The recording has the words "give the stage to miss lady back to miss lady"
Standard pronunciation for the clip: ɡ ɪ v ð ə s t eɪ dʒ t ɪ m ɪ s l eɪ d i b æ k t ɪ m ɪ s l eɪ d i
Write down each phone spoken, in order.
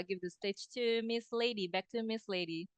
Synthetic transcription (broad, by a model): ɡ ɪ v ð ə s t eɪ tʃ t ɪ m ɪ s l eɪ d i b æ k t ɪ m ɪ s l eɪ d i